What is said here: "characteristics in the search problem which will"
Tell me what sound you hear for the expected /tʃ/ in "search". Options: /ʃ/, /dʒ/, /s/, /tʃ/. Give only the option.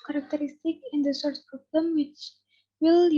/s/